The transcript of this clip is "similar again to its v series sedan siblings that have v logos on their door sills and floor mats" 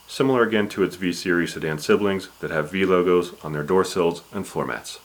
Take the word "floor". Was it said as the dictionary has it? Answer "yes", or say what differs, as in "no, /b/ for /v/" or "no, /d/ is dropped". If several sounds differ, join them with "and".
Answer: no, /l/ is dropped